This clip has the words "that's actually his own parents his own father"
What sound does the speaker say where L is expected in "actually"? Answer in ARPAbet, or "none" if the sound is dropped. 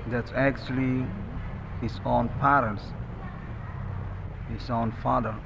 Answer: L